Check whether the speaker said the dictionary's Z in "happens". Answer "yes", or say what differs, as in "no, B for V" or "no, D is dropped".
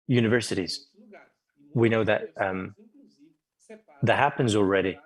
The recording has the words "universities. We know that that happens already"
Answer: yes